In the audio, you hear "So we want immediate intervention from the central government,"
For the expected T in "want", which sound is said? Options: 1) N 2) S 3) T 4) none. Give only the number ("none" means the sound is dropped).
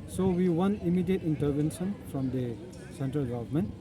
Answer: 4